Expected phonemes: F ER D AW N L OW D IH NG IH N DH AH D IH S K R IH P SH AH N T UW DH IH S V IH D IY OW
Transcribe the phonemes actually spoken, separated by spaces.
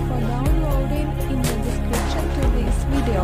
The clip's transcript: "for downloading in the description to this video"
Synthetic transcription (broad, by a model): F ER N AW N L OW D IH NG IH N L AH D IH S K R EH SH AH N T UW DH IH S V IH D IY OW